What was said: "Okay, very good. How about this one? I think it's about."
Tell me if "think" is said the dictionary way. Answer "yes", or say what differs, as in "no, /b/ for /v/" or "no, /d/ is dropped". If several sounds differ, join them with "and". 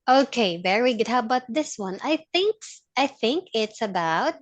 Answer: yes